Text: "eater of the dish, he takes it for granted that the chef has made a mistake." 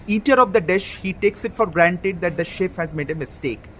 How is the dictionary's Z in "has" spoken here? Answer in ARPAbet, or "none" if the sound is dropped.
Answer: Z